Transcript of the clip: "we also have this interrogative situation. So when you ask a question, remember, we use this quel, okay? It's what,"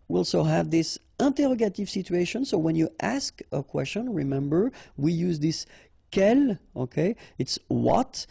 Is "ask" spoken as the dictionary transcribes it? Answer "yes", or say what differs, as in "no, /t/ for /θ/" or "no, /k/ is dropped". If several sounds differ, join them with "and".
yes